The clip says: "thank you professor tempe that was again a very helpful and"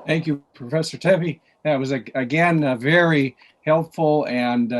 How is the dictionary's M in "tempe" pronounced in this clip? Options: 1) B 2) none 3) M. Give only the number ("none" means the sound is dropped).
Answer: 2